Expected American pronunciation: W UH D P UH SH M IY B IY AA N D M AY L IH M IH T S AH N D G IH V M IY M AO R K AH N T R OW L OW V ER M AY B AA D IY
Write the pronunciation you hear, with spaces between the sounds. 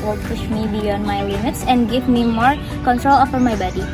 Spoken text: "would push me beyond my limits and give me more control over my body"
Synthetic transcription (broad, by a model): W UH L P UH SH M IY B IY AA N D M AY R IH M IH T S AH N D G IH V M IY M AO R K AH N T R OW L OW F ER M AY B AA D IY